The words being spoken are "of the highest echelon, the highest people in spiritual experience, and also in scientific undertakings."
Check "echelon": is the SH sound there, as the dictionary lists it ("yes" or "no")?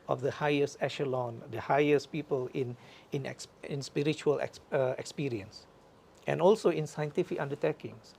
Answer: yes